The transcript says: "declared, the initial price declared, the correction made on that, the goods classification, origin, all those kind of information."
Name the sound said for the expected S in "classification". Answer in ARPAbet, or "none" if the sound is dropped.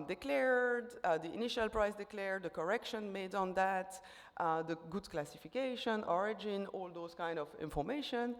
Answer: S